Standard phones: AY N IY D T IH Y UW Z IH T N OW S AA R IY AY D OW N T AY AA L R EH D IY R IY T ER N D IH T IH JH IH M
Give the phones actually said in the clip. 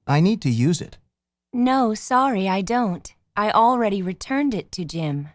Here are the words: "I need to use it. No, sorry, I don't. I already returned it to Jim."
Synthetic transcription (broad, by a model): AY N IY D T IH Y UW Z IH T N OW S AA R IY AY D OW N T AY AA L R EH D IY R IY T ER N D IH T IH JH IH M